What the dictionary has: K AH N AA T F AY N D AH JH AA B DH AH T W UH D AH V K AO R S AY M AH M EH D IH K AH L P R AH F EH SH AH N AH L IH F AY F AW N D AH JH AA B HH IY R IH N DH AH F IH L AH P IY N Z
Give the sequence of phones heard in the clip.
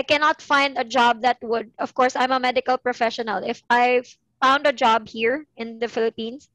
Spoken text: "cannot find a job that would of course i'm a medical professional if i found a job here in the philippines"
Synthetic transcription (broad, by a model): K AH N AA T F AY N D AH JH AA B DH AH T W UH D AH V K AO R S AY M AH M EH D IH K AH L P R AH F EH SH AH N AH L IH F AY F AW N D AH JH AA B HH IY R IH N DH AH F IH L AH P IY N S